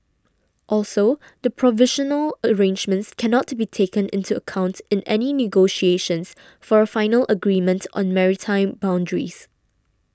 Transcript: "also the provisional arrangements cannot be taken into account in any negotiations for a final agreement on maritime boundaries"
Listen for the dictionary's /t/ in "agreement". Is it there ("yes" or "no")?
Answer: yes